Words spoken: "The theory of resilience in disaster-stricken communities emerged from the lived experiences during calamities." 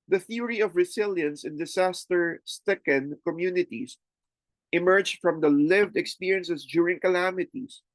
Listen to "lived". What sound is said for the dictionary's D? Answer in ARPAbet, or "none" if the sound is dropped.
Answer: D